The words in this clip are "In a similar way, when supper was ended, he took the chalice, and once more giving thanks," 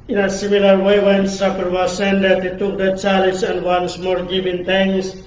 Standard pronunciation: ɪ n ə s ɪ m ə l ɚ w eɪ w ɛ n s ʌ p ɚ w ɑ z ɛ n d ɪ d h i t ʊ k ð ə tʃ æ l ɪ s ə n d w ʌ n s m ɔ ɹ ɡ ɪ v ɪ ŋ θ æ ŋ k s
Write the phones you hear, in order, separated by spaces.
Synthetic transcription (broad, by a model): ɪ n ə s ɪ m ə l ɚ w eɪ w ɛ n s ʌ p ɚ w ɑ s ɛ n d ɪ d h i t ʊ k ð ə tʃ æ l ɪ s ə n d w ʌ n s m ɔ ɹ ɡ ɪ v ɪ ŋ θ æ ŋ k s